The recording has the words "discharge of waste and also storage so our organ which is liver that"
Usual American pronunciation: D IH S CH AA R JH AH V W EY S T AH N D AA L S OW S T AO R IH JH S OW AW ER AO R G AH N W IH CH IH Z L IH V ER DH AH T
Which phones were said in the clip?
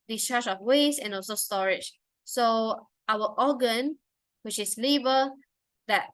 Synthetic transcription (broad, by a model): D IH S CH AA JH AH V W EY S AH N AA L S OW S T AO R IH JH S OW AW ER AO G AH N W IH CH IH S L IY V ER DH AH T